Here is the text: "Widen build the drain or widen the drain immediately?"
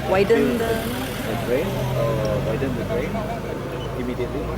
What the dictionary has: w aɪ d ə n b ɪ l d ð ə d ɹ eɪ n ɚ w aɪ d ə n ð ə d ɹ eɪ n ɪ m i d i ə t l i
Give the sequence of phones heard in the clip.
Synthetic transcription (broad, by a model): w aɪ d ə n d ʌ d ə d ɹ eɪ n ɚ w aɪ d ə n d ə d ɹ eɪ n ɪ m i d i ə t l i